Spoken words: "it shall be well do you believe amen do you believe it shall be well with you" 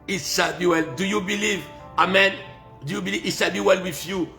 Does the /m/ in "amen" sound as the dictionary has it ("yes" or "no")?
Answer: yes